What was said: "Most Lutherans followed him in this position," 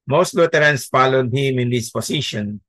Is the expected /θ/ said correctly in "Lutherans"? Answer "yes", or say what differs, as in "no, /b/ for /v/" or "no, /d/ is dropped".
no, /t/ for /θ/